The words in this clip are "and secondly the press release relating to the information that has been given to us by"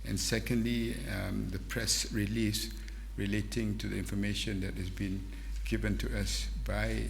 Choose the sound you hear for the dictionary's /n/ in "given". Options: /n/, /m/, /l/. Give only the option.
/n/